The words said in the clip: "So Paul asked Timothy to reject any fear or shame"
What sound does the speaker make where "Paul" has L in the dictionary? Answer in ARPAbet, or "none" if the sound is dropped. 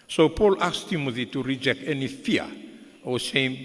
L